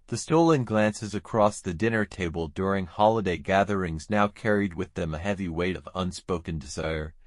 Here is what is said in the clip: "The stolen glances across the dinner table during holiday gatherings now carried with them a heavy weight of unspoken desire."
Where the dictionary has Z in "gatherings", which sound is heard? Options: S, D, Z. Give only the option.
Z